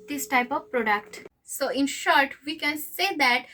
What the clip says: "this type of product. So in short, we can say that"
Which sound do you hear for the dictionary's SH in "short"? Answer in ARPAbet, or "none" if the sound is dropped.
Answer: SH